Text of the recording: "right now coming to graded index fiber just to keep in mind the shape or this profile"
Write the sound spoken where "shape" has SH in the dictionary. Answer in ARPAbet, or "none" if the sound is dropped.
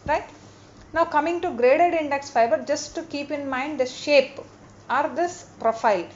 SH